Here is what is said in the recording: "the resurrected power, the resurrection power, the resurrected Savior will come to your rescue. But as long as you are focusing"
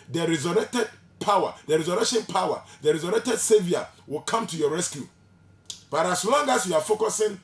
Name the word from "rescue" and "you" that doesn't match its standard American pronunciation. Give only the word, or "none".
none